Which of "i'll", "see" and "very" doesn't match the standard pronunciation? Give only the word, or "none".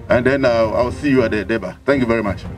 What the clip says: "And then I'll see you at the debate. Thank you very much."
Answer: i'll